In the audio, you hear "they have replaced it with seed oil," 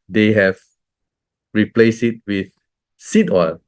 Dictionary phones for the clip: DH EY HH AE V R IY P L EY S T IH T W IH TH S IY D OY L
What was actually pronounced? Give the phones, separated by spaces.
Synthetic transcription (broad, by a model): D EY HH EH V R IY P L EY S IH T W IH TH S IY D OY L